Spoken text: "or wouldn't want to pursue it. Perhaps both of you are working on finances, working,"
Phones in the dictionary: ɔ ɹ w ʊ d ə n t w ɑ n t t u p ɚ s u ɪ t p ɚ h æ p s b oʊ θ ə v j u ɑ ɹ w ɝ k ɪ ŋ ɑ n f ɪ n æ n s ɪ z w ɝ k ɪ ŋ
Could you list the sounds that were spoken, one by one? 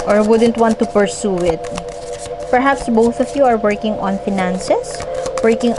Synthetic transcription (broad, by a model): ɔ ɹ w ʊ d ə n t w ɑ n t t u p ɚ s u ɪ t p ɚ h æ p s b oʊ θ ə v j u ɑ ɹ w ɝ k ɪ ŋ ɑ n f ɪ n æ n s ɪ s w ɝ k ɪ ŋ